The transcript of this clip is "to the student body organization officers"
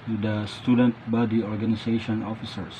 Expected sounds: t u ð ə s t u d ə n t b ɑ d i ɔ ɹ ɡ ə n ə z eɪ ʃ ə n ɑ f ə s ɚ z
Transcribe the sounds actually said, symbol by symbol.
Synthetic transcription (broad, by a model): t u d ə s t u d ə n t b ɑ d i ɔ ɹ ɡ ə n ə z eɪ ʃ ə n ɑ f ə s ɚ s